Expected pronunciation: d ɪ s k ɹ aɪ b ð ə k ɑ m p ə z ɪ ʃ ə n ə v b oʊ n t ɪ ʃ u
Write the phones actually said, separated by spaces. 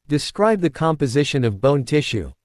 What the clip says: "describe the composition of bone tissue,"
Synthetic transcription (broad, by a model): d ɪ s k ɹ aɪ b ð ə k ɑ m p ə z ɪ ʃ ə n ə v b oʊ n t ɪ ʃ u